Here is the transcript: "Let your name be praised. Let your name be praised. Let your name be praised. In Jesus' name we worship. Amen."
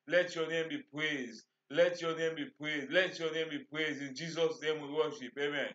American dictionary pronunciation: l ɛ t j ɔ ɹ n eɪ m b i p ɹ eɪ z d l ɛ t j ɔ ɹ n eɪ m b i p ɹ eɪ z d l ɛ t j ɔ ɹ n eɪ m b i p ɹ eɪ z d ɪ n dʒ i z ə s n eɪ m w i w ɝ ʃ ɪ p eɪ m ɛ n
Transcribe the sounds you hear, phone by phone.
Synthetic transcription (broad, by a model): l ɛ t j ɔ n eɪ m b i p ɹ eɪ z d l ɛ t j ɔ n eɪ m b i p ɹ eɪ z d l ɛ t j ɔ n eɪ m b i p ɹ eɪ z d ɪ n dʒ i z ə s n eɪ m w i w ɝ ʃ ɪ p eɪ m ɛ n